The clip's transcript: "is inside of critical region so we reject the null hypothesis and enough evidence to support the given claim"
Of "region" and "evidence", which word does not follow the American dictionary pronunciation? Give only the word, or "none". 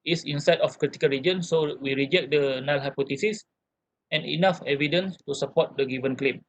none